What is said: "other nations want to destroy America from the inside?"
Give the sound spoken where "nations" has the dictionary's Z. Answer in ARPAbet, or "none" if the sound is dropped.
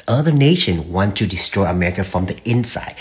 none